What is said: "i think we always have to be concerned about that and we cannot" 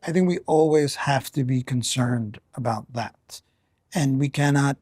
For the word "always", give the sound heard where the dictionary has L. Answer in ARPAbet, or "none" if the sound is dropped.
L